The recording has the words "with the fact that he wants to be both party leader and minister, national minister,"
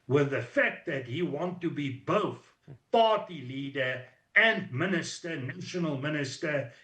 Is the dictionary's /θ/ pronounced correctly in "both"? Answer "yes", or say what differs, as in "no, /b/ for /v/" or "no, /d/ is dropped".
yes